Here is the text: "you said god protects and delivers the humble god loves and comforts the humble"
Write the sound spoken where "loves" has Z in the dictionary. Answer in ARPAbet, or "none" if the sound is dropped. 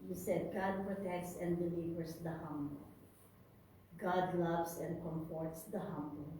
S